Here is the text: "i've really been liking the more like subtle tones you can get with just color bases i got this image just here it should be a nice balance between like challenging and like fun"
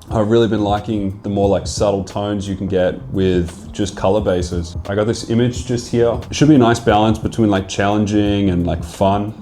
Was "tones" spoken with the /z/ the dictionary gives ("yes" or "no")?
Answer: yes